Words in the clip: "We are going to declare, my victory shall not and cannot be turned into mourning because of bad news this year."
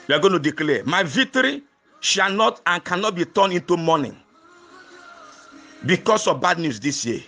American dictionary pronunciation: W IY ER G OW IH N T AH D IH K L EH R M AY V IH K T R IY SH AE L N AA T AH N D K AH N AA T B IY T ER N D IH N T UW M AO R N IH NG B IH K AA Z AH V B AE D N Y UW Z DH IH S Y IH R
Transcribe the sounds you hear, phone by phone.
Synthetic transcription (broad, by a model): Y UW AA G OW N T AH D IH K L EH M AY V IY K T R IY SH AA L N AA T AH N K AH N AA T B IY T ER N IH N T UW M AO N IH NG B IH K AA S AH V B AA D N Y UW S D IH S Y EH